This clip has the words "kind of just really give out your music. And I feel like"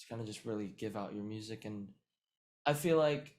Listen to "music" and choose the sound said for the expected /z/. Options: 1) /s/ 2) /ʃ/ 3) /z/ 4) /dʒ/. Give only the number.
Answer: 3